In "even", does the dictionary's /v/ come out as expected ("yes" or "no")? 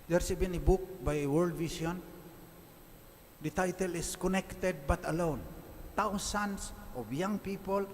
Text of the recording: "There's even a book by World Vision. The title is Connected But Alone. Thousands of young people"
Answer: no